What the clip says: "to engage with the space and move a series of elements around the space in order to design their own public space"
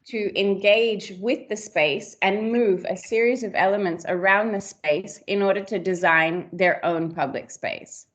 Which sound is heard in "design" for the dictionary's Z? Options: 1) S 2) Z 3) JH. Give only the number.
2